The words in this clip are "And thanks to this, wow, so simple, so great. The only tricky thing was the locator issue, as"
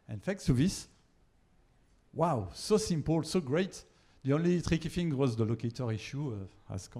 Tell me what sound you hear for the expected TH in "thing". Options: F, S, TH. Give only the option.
F